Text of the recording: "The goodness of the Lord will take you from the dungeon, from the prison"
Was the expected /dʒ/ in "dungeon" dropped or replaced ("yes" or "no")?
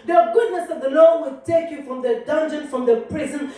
no